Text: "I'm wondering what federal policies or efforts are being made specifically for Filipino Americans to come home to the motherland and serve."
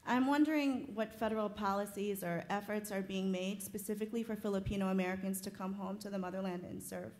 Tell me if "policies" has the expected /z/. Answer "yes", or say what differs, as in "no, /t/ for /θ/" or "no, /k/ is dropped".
yes